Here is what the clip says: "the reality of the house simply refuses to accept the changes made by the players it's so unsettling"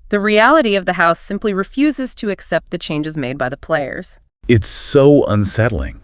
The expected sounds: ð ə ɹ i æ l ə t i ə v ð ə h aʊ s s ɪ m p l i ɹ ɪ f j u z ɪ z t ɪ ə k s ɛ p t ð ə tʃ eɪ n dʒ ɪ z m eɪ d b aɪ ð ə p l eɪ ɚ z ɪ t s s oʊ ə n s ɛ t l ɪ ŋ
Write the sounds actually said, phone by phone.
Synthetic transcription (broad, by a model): ð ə ɹ i æ l ə t i ə v ð ə h aʊ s s ɪ m p l i ɹ ɪ f j u z ɪ z t ɪ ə k s ɛ p t ð ə tʃ eɪ n dʒ ɪ z m eɪ d b aɪ ð ə p l eɪ ɚ z ɪ t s s oʊ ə n s ɛ t l ɪ ŋ